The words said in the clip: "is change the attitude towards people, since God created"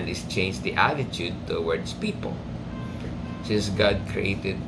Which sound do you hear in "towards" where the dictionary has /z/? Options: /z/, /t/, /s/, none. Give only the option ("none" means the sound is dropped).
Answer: /s/